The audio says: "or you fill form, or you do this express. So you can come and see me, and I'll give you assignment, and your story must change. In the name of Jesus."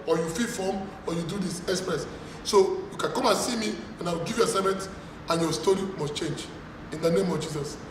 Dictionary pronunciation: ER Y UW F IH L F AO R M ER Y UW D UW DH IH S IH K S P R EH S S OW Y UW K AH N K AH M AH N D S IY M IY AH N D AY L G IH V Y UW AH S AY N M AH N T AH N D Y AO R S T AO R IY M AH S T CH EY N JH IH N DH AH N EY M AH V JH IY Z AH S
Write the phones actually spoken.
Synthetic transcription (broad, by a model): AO Y UW F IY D F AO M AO Y UW D UW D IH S IH K S P R EH S S OW Y UW K AH N K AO M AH N S IY M IY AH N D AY W G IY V Y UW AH S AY M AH N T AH N Y AO S T AO R IY M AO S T CH EY N JH IH N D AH N EY M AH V JH IY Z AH S